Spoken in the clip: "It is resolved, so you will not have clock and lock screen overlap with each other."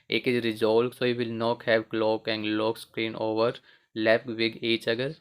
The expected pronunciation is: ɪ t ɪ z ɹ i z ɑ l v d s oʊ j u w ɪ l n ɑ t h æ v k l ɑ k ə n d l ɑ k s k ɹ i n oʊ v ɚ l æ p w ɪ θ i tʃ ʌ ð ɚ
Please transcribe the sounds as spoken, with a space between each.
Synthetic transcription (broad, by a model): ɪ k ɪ ɹ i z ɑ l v s oʊ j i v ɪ l n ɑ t h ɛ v k l ɑ k ə n d l ɑ k s k ɹ i n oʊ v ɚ l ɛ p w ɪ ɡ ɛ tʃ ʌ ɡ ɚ